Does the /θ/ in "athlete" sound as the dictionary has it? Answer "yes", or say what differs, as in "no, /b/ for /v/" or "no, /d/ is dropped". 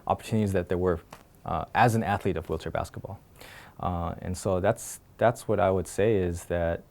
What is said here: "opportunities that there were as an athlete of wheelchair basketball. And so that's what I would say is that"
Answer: yes